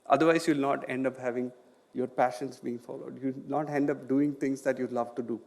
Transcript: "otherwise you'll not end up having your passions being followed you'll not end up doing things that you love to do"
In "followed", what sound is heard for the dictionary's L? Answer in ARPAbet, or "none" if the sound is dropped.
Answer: L